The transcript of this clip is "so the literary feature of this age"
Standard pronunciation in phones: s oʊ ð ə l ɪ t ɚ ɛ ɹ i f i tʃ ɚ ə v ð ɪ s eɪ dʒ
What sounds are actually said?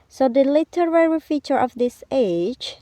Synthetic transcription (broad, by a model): s oʊ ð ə l ɪ t ɚ ɛ ɹ i f i tʃ ɚ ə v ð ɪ s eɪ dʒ